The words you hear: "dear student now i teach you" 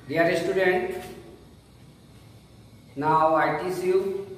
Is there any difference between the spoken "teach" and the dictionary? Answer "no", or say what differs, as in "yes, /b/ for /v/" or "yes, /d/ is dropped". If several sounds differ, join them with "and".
yes, /s/ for /tʃ/